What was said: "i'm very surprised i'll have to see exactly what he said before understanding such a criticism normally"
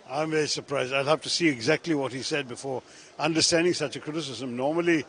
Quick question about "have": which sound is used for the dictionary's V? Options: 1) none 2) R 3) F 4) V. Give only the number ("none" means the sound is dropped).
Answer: 3